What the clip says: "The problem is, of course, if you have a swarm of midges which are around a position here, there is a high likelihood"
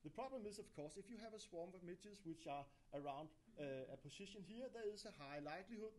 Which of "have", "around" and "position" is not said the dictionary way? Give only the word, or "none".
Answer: position